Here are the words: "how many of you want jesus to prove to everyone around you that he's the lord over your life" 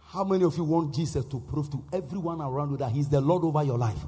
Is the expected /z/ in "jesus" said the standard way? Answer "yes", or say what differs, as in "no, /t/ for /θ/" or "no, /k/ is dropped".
no, /s/ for /z/